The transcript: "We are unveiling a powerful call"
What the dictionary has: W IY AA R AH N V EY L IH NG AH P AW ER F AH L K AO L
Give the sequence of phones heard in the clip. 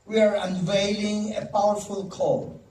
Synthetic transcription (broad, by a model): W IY AA R AH N V EY L IH NG AH P AW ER F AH L K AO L